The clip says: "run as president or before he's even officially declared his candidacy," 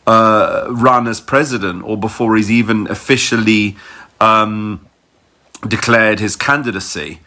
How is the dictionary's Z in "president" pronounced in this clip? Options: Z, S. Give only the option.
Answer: Z